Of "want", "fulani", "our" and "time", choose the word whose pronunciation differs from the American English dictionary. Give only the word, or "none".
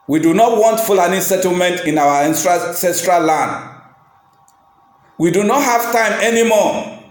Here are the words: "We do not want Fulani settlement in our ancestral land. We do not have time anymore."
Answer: our